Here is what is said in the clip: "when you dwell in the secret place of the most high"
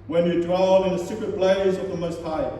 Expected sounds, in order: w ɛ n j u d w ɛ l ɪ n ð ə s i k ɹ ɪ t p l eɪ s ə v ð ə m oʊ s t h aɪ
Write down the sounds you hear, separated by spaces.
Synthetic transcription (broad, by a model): w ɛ n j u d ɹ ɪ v ɪ n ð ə s i k ɹ ɪ t b l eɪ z ə v ð ə m oʊ s t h aɪ